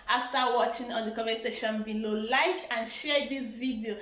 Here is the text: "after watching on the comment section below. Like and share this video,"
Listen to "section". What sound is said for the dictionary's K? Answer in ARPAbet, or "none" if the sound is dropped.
none